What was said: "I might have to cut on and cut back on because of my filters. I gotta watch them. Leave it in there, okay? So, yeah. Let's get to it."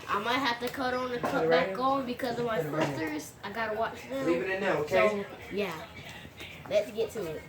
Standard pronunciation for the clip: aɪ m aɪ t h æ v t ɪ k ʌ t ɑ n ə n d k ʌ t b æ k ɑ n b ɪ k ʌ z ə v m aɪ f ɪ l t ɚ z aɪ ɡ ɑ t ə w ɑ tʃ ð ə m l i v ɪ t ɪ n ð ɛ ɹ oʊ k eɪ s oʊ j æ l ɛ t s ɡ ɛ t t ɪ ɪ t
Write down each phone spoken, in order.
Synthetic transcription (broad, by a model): aɪ m aɪ t h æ f t ɪ k ʌ t n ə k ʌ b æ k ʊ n b ɪ k ʌ z ə v m aɪ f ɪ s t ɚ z aɪ ɡ ɑ t ə w ɑ tʃ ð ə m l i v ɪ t ɪ n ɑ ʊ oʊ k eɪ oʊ j æ l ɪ t s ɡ ɛ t t ɪ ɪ t